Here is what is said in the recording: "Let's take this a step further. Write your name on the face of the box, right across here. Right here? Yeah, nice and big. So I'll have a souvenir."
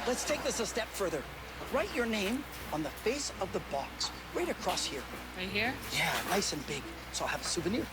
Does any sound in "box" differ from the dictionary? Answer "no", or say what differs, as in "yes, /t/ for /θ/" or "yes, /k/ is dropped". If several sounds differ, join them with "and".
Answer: no